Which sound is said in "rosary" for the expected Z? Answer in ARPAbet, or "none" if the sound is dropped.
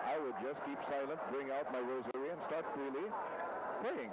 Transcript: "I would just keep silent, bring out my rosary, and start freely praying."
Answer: Z